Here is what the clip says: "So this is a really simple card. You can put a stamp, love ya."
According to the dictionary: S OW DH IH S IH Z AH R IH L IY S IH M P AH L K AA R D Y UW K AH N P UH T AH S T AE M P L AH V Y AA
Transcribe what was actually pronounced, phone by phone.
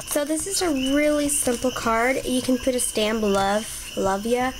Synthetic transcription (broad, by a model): S OW DH IH S IH Z AH R IH L IY S IH M P L K AA R D Y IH K AH N P UH T AH S T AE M B L AH V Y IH